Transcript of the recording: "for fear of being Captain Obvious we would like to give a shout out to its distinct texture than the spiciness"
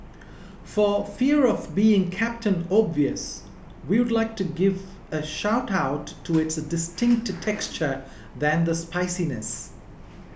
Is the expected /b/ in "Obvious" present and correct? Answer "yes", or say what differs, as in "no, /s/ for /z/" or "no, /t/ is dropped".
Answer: yes